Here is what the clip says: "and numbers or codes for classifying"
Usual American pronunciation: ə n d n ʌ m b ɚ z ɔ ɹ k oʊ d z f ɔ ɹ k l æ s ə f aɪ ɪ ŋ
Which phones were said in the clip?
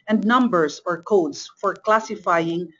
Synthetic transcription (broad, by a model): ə n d n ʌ m b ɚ s ɔ ɹ k oʊ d s f ɔ ɹ k l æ s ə f aɪ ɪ ŋ